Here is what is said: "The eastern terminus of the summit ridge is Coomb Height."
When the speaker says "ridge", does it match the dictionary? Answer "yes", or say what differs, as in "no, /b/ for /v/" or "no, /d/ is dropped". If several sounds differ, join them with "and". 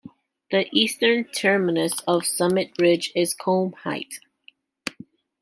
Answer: yes